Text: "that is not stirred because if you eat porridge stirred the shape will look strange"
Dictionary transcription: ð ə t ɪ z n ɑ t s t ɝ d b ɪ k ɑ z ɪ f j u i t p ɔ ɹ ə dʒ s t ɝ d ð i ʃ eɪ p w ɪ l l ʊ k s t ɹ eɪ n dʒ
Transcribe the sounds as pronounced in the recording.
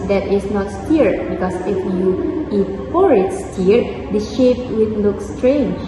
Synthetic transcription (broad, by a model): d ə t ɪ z n ɑ t s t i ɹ b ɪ k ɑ s ɪ f j u i t f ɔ ɹ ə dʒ s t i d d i ʃ eɪ p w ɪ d l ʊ k s t ɹ eɪ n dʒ